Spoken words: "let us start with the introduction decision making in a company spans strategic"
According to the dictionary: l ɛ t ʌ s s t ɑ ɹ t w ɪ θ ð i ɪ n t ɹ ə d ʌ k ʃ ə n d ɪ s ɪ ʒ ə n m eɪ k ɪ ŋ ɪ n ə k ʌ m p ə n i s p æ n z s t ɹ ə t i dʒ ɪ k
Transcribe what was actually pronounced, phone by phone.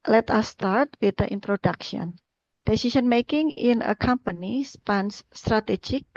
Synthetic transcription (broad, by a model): l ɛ t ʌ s s t ɑ ɹ t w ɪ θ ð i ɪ n t ɹ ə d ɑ k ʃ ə n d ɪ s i s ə n m eɪ k ɪ ŋ ɪ n ə k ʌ m p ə n i s p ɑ n s t ɹ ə t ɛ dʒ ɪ k